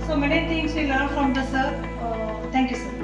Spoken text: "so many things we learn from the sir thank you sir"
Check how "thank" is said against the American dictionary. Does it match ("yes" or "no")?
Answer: no